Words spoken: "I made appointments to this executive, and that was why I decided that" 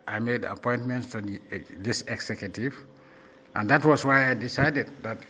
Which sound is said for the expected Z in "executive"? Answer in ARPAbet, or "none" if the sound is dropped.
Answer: S